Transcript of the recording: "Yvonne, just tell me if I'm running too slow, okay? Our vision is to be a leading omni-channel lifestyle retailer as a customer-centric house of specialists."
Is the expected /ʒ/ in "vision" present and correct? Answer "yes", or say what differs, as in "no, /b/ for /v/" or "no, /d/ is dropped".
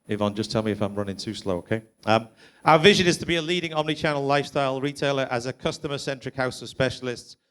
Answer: yes